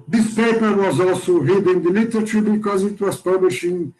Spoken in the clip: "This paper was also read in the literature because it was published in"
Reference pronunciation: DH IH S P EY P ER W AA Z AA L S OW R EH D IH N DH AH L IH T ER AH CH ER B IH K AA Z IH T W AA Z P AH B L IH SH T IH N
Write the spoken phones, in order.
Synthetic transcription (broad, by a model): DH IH S P EY P ER W AA Z AA L S OW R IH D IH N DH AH L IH T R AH CH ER B IH K AA Z IH T W AA Z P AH B L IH SH IH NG